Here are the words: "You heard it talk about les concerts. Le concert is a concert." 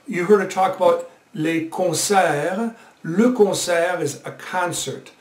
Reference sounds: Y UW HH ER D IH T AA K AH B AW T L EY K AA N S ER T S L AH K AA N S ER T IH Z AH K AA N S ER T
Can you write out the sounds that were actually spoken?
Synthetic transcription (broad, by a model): Y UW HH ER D IH T AA K AH B AW T L EY K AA S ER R L AH K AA S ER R IH Z AH K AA N S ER T